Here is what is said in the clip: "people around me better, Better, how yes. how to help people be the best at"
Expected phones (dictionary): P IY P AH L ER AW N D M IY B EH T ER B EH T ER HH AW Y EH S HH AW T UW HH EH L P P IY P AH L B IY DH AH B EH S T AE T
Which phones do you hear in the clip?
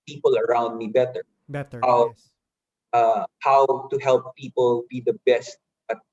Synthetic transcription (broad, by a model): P IY P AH L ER AW N D M IY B B EH T ER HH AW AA HH AW T UW HH EH L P P IY P AH L B IY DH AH B EH S T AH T